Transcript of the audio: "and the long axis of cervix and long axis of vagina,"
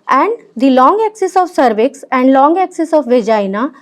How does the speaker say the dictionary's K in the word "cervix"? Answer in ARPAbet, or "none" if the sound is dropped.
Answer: K